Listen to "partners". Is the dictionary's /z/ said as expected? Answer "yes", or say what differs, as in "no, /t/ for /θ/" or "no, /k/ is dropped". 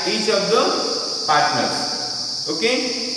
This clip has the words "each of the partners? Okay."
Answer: no, /z/ is dropped